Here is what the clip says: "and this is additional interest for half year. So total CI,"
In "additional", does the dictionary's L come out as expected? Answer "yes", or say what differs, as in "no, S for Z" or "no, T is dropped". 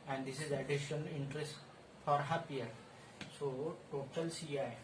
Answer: no, N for L